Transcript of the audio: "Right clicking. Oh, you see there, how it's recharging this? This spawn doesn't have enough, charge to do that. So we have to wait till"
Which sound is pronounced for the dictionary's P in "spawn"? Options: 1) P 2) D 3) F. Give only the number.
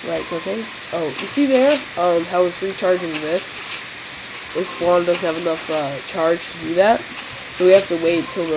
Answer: 3